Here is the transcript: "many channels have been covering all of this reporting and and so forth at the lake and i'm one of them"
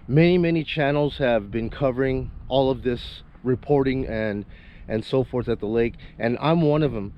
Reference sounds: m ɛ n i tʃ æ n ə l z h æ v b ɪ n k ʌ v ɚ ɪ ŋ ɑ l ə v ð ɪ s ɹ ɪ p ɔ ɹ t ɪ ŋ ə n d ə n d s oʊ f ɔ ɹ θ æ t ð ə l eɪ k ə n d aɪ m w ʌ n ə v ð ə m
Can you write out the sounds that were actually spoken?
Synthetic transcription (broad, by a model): m ɛ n i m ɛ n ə l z h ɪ v b ɪ n k ʌ v ɚ ɪ ŋ ɑ l ə v ð ɪ s ɹ ɪ p ɔ ɹ t ɪ ŋ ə n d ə n s oʊ f ɔ ɹ θ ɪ t ð ə l eɪ k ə n aɪ m w ʌ n ə v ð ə m